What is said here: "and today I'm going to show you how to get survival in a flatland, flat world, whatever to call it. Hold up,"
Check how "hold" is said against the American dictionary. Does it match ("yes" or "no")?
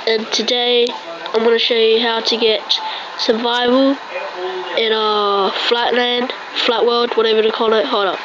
no